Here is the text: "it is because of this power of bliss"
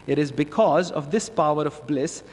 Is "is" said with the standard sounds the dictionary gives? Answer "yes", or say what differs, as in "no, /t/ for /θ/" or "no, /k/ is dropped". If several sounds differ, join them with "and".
yes